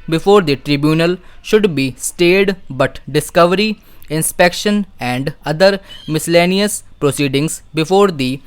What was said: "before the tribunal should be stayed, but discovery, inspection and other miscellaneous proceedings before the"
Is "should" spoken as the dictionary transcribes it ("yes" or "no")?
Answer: yes